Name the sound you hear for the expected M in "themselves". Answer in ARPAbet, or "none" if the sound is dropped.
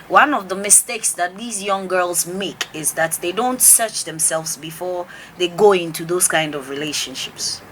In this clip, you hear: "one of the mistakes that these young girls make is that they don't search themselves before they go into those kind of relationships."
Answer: M